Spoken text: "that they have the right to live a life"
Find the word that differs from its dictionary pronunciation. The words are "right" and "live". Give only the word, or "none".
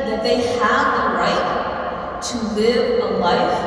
none